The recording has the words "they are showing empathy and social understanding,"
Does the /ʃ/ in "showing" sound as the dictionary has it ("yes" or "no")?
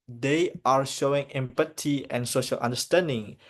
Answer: yes